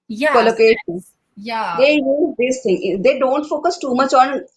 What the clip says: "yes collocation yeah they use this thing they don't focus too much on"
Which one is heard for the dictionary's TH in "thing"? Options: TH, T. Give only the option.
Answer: T